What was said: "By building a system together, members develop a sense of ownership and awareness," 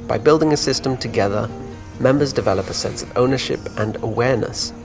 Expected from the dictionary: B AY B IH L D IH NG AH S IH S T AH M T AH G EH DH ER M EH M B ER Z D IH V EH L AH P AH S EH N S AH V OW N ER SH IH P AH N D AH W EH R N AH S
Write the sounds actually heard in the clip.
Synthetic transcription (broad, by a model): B AY B IH L D IH NG AH S IH S T AH M T AH G EH DH ER M EH M B ER Z D IH V EH L AH P AH S EH N S AH V OW N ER SH IH P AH N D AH W EH R N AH S